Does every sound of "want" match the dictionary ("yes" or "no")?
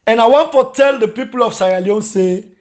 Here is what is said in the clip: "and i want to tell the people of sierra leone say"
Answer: yes